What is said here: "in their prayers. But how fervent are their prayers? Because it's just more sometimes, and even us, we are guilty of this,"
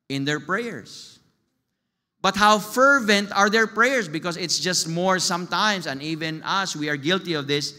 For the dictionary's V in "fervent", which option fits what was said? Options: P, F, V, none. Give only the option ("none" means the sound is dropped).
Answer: V